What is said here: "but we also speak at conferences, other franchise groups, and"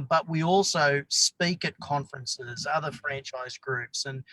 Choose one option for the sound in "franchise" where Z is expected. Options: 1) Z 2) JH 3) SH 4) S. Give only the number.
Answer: 1